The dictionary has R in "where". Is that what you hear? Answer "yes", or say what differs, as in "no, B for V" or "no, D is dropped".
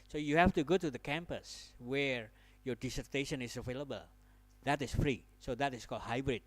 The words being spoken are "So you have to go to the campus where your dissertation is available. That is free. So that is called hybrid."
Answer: yes